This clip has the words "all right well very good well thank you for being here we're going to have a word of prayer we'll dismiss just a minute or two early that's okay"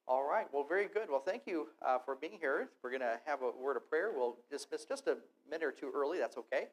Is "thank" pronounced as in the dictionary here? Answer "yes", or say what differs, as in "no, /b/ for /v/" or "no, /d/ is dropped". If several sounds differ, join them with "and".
yes